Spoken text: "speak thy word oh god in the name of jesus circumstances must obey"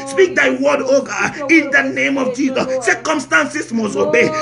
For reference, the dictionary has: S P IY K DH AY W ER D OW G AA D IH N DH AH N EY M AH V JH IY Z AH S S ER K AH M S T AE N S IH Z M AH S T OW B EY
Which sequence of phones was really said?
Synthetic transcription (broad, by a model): S P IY K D AY W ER D OW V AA IH N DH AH N EY M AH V JH IY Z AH S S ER K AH M S T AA N S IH S M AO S OW B EY